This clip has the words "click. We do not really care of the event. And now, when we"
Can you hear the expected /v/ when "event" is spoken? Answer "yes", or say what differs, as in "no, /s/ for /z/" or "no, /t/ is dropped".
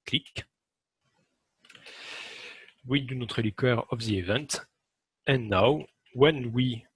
yes